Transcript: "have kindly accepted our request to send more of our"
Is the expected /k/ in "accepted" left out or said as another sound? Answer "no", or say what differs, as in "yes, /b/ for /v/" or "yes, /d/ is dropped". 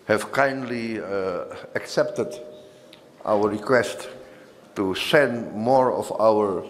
no